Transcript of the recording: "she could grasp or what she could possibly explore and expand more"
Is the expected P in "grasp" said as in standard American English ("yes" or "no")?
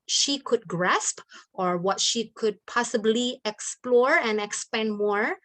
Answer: yes